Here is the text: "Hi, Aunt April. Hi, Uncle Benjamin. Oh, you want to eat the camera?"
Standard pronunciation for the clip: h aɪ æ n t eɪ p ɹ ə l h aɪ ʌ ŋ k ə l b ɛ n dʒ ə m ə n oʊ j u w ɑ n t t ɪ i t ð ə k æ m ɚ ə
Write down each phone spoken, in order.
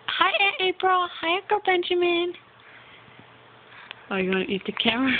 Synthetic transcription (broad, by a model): h aɪ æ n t eɪ p ɹ ə l h aɪ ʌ k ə b ɛ n dʒ ə m ə n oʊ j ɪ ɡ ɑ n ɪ i t ð ə k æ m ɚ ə